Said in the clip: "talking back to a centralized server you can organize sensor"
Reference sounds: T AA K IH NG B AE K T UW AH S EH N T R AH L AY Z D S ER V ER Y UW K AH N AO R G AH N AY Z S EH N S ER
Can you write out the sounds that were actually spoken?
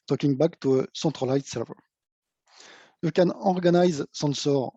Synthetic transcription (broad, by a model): T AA K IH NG B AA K T UW AH S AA T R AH L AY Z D S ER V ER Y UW K AH N AO R G AH N AY Z S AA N S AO